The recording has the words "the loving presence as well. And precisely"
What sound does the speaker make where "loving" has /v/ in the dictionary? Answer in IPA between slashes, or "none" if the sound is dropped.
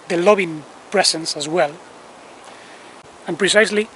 /b/